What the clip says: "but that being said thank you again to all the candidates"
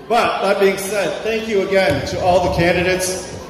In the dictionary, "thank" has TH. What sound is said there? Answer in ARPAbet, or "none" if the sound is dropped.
TH